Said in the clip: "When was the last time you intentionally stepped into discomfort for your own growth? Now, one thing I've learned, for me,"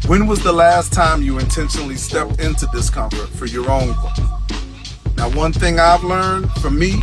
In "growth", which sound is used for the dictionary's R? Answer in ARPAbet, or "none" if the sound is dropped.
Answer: none